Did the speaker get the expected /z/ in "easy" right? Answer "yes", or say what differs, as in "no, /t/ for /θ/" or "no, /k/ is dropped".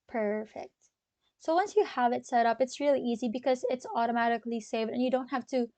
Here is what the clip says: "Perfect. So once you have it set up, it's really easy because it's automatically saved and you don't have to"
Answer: yes